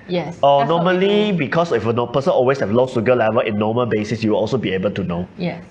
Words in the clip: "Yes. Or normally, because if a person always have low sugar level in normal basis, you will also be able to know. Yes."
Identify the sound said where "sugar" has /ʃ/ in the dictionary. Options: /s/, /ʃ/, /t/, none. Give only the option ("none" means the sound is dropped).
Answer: /s/